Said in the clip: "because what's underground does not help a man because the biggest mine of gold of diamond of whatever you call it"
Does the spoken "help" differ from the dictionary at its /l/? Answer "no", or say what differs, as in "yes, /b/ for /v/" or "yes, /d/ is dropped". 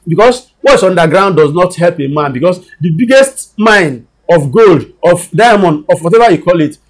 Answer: no